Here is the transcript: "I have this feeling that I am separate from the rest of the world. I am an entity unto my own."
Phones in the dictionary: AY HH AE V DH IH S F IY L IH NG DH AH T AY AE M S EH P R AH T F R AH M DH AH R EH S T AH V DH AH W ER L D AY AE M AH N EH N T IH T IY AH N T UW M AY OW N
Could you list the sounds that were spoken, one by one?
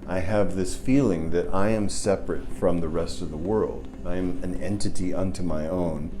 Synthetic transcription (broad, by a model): AY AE V DH IH S F IY L IH NG DH AH T AY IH M S EH P R AH T F R AH M DH AH R EH S T AH V DH AH W ER L D AY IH M AH N EH N T IH T IY AH N T UW M AY OW N